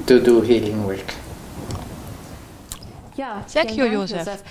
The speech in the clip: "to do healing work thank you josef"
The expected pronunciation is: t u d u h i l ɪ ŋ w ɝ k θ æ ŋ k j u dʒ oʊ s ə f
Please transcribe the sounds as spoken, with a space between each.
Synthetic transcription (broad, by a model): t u d u h i l ɪ ŋ w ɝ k s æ k j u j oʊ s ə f